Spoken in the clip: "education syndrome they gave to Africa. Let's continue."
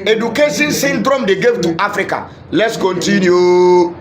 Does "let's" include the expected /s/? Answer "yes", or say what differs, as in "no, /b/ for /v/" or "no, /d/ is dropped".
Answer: yes